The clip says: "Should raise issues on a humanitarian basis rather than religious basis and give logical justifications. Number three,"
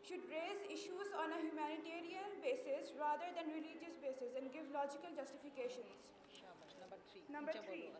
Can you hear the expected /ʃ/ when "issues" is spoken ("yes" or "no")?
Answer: yes